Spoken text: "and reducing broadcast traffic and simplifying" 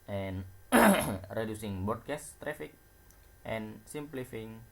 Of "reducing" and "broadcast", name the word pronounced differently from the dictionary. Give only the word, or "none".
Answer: broadcast